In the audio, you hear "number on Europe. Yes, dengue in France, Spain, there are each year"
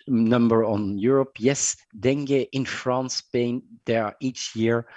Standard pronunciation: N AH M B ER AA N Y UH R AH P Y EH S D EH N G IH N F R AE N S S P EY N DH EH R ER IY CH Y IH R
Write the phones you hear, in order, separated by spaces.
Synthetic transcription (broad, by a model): N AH M B ER AA N Y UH R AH P Y EH S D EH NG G IH N F R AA N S S P EY N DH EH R IY CH Y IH R